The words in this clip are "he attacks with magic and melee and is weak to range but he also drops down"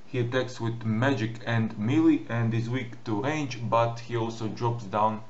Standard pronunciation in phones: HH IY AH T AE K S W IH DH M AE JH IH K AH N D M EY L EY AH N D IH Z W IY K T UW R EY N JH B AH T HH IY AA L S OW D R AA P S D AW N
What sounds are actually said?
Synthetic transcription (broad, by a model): HH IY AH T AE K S W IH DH M AE JH IH K AH N D M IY L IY AH N D IH Z W IY K T UW R EY N JH B AH T HH IY AA L S OW D R AA P S D AW N